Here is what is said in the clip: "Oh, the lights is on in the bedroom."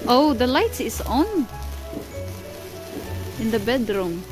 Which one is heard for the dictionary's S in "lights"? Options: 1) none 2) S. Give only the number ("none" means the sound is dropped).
1